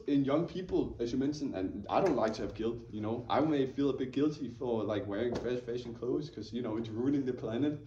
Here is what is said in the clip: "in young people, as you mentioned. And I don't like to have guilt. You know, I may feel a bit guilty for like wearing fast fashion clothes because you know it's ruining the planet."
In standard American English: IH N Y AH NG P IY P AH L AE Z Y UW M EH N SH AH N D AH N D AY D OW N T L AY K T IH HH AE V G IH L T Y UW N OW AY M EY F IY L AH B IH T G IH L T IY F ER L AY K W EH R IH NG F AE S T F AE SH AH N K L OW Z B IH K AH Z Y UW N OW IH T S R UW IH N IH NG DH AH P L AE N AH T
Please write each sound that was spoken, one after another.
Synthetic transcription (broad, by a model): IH N Y AH NG P IY P L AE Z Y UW M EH N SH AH N AH N AY D OW N T L AY K T IH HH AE V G IH L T Y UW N OW AY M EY F IY L AH B IH T G IH L T IY F ER L AY K W EH R IH NG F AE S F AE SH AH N K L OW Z K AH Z Y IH N OW IH T S R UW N IH NG DH AH P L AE N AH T